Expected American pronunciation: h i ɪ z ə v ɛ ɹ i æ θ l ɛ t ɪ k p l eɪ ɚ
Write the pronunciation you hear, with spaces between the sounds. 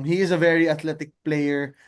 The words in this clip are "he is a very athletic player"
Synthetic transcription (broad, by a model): h i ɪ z ə v ɛ ɹ i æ t l ɛ t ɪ k p l eɪ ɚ